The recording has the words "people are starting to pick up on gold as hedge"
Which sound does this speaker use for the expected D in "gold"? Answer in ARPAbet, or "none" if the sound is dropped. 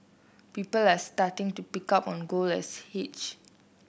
none